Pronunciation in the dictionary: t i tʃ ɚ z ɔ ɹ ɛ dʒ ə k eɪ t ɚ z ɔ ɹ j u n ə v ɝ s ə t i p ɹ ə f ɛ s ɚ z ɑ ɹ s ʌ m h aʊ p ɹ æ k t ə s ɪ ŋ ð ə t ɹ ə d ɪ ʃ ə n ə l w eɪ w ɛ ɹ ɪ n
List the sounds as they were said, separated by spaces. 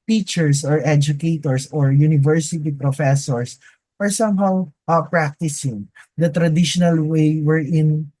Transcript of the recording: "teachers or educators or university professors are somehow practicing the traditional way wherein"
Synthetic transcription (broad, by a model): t i tʃ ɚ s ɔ ɹ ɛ dʒ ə k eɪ t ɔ s ɔ ɹ j u n ə v ɝ s ə t i p ɹ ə f ɛ s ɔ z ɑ ɹ s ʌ m h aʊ p ɹ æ k t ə s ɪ ŋ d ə t ɹ ə d ɪ ʃ ə n ə l w eɪ w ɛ ɹ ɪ n